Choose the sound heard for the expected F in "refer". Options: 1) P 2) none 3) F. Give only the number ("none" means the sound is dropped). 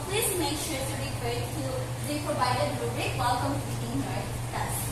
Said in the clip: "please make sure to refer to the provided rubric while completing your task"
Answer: 1